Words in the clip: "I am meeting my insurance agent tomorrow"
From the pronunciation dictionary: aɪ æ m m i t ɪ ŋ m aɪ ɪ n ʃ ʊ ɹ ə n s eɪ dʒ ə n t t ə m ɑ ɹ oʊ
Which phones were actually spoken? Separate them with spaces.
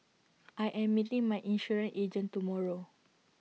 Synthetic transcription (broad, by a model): aɪ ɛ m m i t ɪ ŋ m aɪ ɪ n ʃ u ɹ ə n eɪ dʒ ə n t t ə m ɑ ɹ oʊ